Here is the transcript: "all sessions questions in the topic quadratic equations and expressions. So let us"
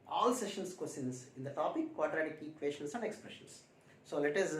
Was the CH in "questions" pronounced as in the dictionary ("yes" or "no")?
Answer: no